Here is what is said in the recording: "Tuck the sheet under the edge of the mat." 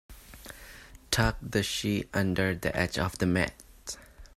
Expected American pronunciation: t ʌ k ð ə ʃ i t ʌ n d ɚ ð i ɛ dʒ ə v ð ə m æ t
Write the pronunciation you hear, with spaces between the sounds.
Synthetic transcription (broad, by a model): t ʌ k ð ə ʃ i t ʌ n d ɚ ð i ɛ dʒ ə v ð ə m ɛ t